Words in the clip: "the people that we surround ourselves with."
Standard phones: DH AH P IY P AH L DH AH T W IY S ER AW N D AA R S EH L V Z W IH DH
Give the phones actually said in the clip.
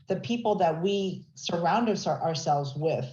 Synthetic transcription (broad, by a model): DH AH P IY P L DH AH T W IY S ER AW N D AA R S EH L V Z W IH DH